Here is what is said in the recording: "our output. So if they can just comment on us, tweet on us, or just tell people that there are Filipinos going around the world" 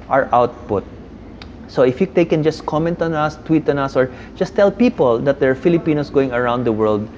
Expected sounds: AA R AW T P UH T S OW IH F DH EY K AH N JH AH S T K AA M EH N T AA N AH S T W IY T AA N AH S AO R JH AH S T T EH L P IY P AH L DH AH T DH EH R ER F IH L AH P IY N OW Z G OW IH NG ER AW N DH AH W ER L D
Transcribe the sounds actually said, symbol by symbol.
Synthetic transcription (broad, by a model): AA R AW T P UH T S OW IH F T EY K AH N JH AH S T K AA M EH N T AA N AH S T W IY T AA N AH S AO R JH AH S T T EH L P IY P AH L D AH T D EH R F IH L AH P IY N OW S G OW IH NG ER AW N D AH W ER L D